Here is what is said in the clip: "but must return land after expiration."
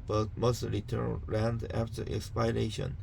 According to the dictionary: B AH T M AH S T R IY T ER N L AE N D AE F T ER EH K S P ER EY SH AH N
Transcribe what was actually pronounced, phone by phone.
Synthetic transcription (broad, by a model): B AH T M AH S T R IY T ER N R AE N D AE F T ER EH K S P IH EY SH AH N